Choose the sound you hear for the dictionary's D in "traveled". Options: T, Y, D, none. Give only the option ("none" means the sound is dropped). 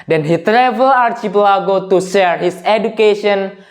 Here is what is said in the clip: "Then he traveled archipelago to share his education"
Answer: none